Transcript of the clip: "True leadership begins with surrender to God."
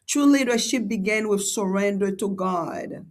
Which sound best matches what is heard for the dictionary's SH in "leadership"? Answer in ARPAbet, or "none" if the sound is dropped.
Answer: SH